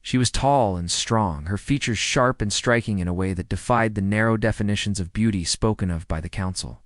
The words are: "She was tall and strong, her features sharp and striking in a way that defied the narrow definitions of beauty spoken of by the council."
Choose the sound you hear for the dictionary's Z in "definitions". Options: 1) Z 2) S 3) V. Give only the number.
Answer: 1